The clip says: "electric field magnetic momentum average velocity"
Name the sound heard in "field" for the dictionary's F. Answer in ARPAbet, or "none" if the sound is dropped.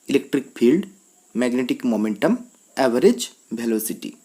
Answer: P